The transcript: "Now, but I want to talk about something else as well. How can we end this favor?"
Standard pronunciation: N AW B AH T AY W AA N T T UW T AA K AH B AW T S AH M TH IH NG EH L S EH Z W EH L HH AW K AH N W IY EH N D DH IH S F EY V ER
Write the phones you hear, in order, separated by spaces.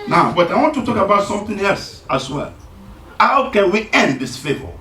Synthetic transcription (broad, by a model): N AW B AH T AY W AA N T T UW T AA K AH B AW T S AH M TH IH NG EH L S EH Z W EH L HH AW K AH N W IY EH N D DH IH S F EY V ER